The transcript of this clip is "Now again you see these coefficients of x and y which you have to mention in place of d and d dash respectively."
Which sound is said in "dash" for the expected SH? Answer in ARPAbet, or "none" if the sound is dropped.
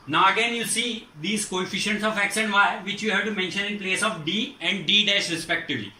S